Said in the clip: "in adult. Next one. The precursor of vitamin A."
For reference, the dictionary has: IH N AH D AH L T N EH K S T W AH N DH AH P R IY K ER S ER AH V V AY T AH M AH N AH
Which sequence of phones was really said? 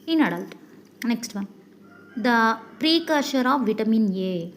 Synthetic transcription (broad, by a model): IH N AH D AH L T N EH K S T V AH N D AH P R IY K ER SH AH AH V V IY T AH M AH N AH